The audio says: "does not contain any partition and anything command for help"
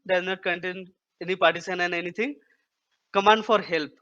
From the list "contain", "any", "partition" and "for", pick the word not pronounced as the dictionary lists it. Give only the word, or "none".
partition